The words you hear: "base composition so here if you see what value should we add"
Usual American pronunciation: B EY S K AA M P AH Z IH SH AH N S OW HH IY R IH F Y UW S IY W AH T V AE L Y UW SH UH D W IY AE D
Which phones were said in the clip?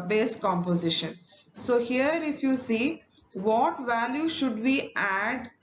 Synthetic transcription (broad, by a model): B EY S K AA M P AH Z IH SH AH N S OW HH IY R IH F Y UW S IY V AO T V AE L Y UW SH UH D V IY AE D